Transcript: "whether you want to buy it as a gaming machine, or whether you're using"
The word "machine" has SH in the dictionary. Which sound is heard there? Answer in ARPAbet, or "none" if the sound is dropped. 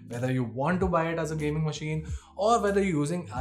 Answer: SH